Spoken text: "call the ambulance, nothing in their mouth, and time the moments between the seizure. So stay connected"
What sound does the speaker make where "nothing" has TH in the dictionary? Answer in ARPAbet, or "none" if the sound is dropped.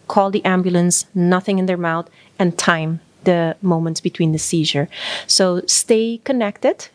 TH